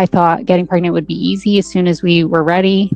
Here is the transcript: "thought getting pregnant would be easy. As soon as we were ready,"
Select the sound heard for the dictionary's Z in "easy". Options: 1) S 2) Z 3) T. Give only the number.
2